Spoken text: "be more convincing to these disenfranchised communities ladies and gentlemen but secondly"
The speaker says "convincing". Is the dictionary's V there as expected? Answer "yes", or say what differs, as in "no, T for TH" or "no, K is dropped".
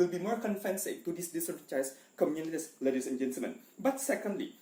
no, F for V